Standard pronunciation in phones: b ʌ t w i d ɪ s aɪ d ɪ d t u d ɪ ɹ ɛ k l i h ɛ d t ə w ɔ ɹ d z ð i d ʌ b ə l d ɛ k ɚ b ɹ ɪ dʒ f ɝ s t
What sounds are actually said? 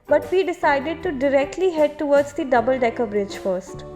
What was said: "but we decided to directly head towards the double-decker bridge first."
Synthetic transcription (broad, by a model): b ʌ t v i d ɪ s aɪ d ɪ d t u d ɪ ɹ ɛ k l i h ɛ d t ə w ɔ ɹ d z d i d ʌ b ə l d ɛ k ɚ b ɹ ɪ dʒ f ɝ s t